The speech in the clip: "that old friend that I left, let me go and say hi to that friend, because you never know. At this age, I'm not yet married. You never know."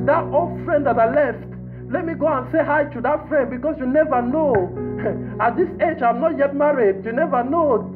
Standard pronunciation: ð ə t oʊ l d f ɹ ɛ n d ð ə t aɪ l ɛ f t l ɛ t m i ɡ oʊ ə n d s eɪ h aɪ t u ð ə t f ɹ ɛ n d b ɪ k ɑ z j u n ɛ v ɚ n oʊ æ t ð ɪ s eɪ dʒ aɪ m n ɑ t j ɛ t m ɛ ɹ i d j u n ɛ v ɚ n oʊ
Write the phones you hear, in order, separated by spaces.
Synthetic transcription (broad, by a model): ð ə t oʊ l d f ɹ ɛ n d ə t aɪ l ɛ f t l ɛ t m i ɡ oʊ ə n s eɪ h aɪ t u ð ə t f ɹ ɛ n d b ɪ k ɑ s j u n ɛ v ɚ n oʊ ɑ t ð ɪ s eɪ dʒ aɪ m n ɑ t j ɛ t m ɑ ɹ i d j u n ɛ v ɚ n oʊ